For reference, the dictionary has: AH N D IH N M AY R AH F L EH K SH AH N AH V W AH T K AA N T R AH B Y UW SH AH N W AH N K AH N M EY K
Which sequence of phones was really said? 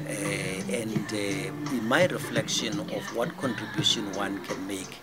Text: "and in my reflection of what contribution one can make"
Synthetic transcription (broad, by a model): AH N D IH N M AY R AH F L EH K SH AH N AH F W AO T K AA N T R AH B Y UW SH AH N W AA N K AH N M EY K